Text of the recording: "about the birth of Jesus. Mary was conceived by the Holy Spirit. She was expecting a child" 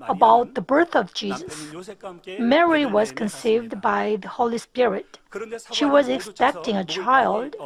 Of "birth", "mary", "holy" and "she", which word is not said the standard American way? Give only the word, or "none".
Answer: none